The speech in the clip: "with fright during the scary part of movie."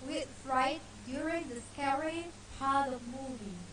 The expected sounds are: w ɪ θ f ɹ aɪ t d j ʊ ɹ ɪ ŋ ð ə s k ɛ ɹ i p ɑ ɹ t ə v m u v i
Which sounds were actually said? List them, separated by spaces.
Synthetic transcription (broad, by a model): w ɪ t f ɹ aɪ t d j ʊ ɹ ɪ ŋ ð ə s k ɛ ɹ i p ɑ ɹ t ə v m u v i